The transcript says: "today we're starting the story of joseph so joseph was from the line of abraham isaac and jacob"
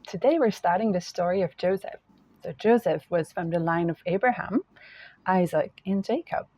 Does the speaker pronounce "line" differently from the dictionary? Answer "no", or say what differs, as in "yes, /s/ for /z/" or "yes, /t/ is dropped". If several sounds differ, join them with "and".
no